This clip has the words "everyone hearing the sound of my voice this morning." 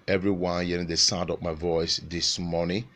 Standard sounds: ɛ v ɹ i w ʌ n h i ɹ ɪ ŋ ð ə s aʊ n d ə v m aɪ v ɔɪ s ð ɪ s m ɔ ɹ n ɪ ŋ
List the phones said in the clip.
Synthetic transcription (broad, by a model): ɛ v ɹ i w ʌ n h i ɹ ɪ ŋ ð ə s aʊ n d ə p m aɪ v ɔɪ s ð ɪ s m ɔ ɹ n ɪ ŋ